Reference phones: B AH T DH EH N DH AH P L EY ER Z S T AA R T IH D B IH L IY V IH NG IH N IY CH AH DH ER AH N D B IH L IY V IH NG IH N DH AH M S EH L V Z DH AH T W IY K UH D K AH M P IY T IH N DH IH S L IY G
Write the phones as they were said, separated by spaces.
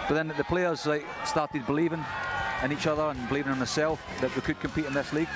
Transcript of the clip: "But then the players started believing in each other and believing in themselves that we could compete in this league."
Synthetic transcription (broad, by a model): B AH T DH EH N DH AH P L EY ER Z S T AA R T IH D B IH L IY V IH NG IH N IY CH AH DH ER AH N B IH L IY V IH NG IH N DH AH S EH L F DH AH T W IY K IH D K AH M P IY T IH N DH IH S L IY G